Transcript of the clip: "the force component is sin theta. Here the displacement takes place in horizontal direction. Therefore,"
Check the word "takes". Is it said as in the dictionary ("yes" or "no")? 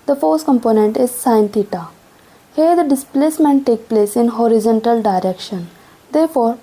no